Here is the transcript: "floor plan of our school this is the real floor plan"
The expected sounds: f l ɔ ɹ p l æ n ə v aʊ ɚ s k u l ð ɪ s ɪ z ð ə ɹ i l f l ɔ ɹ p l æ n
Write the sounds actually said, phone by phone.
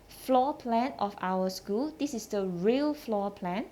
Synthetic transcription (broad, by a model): f l ɔ p l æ n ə f aʊ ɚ s k u l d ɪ s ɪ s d ə ɹ i l f l ɔ p l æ n